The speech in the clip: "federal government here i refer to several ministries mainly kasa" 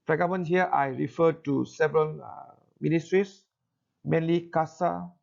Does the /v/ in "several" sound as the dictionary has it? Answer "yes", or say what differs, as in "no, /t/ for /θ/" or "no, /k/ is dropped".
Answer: yes